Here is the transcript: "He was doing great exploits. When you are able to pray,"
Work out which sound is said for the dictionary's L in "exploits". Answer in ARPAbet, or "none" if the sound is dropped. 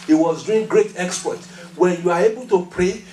none